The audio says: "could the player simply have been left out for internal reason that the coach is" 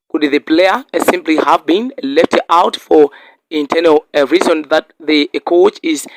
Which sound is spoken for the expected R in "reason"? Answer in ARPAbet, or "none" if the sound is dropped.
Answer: R